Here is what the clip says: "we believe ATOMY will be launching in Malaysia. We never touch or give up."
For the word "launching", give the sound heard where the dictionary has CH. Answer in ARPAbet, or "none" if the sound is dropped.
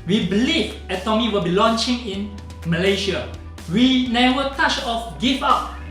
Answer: CH